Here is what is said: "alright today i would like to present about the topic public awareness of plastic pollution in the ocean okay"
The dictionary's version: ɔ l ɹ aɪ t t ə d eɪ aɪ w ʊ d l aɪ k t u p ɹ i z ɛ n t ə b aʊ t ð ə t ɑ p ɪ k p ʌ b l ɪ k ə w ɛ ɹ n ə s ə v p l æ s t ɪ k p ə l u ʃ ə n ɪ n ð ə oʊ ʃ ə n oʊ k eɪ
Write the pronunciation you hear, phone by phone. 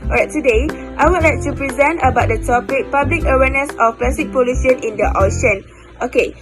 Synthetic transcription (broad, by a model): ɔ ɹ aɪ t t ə d eɪ aɪ w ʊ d l aɪ k t u p ɹ i z ɛ n t ə b aʊ t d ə t ɑ p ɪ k p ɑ b l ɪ k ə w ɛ n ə s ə f p l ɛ s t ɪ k p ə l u s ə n ɪ n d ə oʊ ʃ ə n oʊ k eɪ